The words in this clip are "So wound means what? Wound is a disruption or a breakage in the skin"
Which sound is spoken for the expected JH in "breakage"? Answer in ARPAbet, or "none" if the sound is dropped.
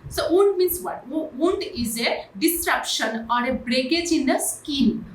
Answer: JH